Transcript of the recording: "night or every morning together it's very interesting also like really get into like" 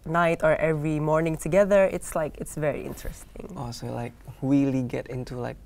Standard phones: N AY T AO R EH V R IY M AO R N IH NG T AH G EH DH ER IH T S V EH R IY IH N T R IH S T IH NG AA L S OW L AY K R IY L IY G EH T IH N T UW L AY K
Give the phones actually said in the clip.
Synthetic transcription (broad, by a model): N AY T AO R EH V R IY M AO R N IH NG T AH G EH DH ER IH T S V EH R IY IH N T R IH S T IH NG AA S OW L AY K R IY L IY G EH T IH N T UW L AY K